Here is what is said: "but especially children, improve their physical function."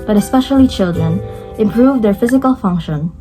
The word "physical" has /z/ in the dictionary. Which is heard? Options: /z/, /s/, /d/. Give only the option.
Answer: /z/